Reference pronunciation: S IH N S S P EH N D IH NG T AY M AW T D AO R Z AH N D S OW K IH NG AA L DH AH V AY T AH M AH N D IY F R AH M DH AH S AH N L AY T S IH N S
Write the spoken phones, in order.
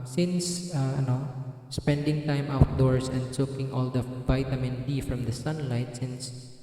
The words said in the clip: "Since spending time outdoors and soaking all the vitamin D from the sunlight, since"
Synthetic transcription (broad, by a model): S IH N S S P EH N D IH NG T AY M AW T D AO R S AH N D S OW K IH NG AA L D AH V AY T AH M AH N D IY F R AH M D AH S AH N L AY T S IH N S